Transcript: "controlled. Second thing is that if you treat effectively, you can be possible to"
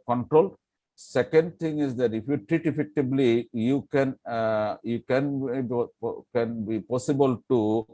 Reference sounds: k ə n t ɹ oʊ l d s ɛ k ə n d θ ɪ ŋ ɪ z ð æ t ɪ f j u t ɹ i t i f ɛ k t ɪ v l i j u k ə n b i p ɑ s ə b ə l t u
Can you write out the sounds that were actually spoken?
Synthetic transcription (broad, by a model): k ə n t ɹ oʊ l s ɛ k ə n d t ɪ ŋ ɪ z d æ t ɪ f j u t ɹ i t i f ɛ k t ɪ b l i j u k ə n b i p ɑ s ə b ə l t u